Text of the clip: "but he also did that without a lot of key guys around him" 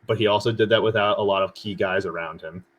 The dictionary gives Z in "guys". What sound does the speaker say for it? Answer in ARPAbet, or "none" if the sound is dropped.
Z